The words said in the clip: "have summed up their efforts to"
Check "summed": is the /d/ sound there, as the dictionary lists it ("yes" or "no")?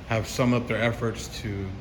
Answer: no